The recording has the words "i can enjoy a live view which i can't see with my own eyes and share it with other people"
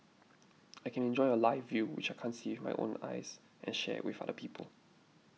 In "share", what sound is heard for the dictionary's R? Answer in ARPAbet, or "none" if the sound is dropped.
W